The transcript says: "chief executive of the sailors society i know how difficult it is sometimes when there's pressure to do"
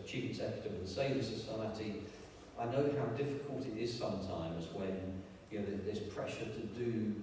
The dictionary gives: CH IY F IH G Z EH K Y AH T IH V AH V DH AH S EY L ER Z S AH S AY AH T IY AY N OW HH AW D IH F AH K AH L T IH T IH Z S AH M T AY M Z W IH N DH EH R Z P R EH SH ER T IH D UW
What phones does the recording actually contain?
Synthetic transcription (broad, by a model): CH IY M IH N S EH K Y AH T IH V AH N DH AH S EY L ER S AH S AY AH T IY AY N OW HH AW D IH F AH K AH L T IH T IH Z S AH M T AY M Z W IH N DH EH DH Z P R EH SH ER T IH D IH